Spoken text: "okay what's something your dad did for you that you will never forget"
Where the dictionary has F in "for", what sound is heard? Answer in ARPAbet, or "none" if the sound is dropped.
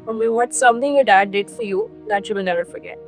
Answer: F